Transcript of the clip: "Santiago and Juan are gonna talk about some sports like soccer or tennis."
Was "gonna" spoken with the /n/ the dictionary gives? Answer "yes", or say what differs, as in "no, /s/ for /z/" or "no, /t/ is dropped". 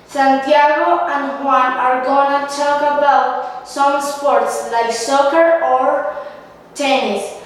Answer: yes